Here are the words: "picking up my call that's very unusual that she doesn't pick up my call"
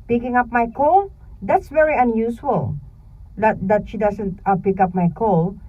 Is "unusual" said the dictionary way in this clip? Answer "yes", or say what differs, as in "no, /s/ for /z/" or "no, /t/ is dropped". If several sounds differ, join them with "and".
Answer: no, /s/ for /ʒ/